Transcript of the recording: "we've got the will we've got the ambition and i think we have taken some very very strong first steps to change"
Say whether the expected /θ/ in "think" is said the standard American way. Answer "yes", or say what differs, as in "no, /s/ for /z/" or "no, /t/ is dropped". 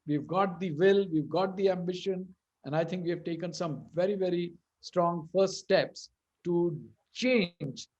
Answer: no, /t/ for /θ/